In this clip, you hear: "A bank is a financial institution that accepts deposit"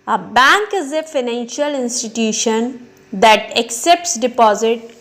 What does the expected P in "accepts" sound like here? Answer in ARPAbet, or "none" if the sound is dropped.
P